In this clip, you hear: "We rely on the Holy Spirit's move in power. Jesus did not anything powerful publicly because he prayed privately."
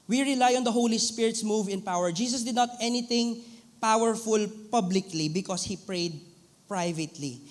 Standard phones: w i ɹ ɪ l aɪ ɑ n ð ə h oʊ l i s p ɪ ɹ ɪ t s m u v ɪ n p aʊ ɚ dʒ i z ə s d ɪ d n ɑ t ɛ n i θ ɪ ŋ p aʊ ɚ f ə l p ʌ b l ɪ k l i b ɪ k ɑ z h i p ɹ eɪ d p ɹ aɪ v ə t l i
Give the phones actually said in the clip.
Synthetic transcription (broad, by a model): w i ɹ ɪ l aɪ ɑ n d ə h oʊ l i s p ɪ ɹ ɪ t s m u v ɪ n p aʊ ɚ dʒ i s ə s d ɪ d n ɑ t ɛ n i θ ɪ ŋ p aʊ ɚ f ə l p ʌ b l ɪ k l i b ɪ k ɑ s h i p ɹ eɪ d p ɹ aɪ v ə t l i